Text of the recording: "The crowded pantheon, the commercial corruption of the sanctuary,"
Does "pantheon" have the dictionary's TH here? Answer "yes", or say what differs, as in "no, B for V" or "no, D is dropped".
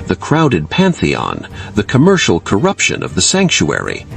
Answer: yes